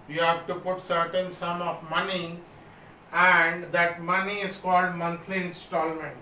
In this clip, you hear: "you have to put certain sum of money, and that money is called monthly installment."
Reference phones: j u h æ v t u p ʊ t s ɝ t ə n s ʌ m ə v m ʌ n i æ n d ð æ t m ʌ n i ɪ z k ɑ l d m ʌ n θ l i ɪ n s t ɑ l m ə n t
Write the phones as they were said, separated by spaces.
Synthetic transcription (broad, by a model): j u h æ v t u p ʊ t s ɝ t ə n s ʌ m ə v m ʌ n i æ n d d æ t m ʌ n i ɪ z k ɑ l d m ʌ n t l i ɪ n s t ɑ l m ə n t